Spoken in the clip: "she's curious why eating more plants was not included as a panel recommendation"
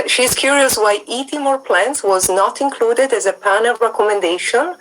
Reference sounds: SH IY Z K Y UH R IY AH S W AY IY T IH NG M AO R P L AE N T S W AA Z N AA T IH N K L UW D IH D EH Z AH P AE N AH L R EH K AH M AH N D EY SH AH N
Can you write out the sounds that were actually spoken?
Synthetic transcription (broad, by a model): SH IY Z K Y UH R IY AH S W AY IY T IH M AO R P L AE N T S W AA Z N AA T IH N K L UW D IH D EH Z AH P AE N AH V R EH K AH M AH N D EY SH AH N